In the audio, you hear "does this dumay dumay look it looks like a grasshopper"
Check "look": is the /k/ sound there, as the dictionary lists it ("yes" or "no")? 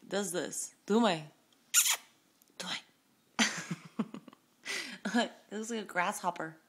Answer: no